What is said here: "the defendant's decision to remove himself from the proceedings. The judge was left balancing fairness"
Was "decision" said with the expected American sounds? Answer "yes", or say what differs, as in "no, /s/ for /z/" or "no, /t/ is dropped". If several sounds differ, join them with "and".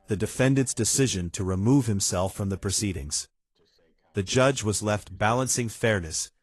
yes